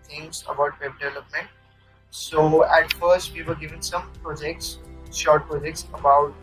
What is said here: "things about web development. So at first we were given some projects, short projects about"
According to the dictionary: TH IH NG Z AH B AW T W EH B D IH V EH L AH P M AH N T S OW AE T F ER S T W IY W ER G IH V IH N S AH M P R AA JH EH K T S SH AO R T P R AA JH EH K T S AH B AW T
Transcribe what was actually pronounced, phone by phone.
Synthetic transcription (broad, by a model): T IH NG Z AH B AW T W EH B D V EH L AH P M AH N T S OW AE T F ER S T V IY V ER G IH V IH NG S AH M P R AA JH EH K T S SH AO R T P R AA JH EH K T S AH B AW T